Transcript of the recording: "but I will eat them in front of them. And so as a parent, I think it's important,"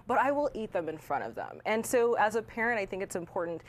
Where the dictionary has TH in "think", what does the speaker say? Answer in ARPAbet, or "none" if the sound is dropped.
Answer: TH